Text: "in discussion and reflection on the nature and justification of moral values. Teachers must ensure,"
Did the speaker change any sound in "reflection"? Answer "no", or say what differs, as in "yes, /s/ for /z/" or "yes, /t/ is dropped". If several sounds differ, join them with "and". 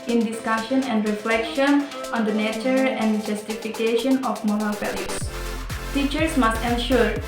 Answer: no